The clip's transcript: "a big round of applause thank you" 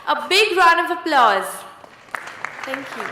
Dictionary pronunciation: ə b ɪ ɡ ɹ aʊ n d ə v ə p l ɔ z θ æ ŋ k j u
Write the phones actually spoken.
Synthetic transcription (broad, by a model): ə b ɪ ɡ ɹ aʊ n ə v ə p l ɔ z t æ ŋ k j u